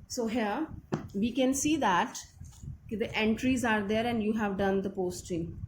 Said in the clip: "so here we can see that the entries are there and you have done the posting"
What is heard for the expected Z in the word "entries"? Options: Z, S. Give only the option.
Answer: Z